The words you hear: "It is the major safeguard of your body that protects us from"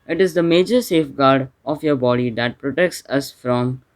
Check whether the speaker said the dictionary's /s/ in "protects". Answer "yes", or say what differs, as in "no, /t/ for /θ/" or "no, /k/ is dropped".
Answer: yes